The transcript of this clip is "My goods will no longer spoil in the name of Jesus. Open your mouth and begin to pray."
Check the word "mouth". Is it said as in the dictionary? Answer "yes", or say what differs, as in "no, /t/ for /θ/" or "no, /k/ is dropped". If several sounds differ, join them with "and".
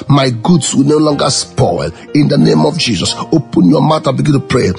no, /t/ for /θ/